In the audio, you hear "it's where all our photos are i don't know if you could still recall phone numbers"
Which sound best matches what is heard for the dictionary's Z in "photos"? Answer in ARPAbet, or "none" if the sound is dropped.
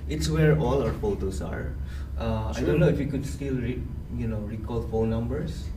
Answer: S